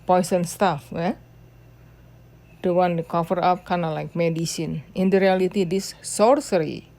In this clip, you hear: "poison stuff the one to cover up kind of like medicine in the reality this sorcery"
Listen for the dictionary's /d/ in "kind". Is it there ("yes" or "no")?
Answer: no